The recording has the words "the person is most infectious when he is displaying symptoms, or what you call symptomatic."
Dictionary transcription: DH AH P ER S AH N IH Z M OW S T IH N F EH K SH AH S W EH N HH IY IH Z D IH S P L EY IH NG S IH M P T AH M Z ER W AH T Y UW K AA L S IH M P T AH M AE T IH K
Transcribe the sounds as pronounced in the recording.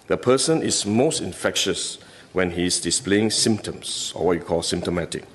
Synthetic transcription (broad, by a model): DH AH P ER S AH N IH S M OW S T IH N F EH K SH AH S W EH N HH IY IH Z D IH S P L EY IH NG S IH M P T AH M S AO W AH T Y UW K AA L S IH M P T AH M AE T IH K